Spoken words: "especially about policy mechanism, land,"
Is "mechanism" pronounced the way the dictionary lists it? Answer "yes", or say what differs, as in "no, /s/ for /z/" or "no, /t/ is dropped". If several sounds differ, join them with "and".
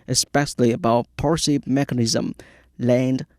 yes